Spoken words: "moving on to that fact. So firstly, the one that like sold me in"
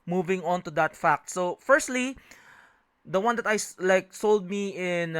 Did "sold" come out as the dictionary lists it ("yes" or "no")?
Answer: yes